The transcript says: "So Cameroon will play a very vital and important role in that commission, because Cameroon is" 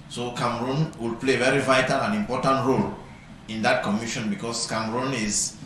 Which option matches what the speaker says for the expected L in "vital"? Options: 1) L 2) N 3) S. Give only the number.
1